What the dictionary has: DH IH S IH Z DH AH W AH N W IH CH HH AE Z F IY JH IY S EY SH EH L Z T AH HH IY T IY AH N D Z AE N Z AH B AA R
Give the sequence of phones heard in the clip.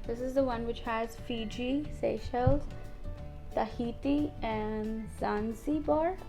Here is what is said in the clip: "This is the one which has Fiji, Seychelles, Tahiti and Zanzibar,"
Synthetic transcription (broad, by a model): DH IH S IH Z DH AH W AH N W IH CH HH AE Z F IY JH IY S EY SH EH L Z T AH HH IY T IY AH N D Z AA N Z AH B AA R